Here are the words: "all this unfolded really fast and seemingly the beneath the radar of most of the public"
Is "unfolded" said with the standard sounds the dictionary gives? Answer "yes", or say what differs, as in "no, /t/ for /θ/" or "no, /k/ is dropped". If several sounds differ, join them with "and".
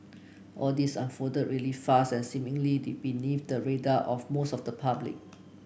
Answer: no, /l/ is dropped